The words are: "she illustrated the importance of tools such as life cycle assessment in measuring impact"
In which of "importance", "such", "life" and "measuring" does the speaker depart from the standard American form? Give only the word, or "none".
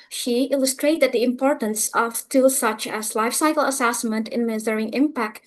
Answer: measuring